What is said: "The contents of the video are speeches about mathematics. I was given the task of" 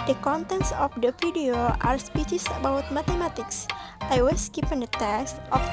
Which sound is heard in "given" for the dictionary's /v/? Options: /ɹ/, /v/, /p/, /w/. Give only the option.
/p/